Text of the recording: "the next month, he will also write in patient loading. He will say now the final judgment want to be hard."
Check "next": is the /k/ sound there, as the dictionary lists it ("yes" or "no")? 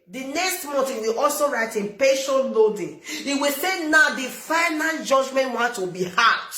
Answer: yes